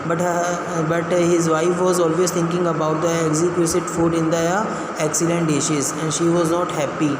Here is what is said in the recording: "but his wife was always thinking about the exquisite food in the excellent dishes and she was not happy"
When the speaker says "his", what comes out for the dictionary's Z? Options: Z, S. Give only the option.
Z